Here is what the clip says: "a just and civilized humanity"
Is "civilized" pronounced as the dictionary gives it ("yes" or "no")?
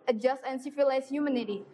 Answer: no